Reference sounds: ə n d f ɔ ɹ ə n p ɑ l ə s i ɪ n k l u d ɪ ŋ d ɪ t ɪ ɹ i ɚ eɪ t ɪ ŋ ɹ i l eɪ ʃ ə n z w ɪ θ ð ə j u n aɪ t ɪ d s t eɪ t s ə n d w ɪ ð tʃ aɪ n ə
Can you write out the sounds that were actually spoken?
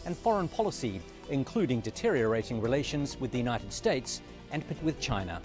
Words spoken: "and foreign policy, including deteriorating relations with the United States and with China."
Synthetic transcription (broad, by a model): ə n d f ɔ ɹ ə n p ɑ l ə s i ɪ n k l u d ɪ ŋ d ɪ t ɪ ɹ i ɚ eɪ t ɪ ŋ ɹ i l eɪ ʃ ə n z w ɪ ð ə j u n aɪ t ɪ d s t eɪ t s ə n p w ɪ ð tʃ aɪ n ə